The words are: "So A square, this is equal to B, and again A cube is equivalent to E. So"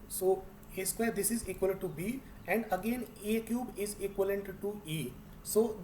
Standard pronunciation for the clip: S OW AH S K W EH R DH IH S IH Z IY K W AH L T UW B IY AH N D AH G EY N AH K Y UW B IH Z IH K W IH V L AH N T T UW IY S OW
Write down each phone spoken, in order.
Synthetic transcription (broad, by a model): S OW AH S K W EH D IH S IH Z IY K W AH L T UW B IY AH N D AH G EY N AH K Y UW B IH Z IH K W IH L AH N T T UW IY S OW